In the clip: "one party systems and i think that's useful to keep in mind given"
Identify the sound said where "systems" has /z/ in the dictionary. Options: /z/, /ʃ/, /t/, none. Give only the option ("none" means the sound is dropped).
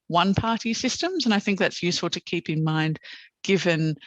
/z/